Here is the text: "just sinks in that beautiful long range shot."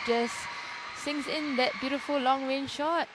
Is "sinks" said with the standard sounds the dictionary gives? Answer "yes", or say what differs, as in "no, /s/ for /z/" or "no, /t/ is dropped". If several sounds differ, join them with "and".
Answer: no, /k/ is dropped